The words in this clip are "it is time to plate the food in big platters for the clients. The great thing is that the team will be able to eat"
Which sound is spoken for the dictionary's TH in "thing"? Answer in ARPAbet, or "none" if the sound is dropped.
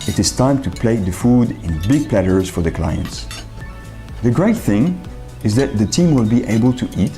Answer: TH